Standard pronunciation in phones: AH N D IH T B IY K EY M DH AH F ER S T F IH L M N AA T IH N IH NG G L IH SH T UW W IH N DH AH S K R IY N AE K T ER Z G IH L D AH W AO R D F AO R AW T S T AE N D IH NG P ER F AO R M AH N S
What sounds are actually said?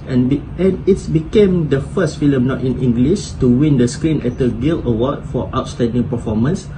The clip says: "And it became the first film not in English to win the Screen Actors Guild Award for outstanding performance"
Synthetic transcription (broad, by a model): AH N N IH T B IY K EY M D AH F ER S T F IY L M N AA T IH N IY NG G L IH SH T UW W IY N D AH S K R IY N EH T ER G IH L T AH W AO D F AO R AW T S T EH N D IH NG P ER F AO M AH N S